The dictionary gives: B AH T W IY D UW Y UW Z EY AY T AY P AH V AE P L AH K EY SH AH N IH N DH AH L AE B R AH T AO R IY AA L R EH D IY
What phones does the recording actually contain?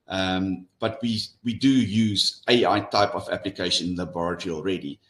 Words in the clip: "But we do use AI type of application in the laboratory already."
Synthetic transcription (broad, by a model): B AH T W IY D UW Y UW Z EY AY T AY P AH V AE P L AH K EY AH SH IH N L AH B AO R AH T R IY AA L R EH D IY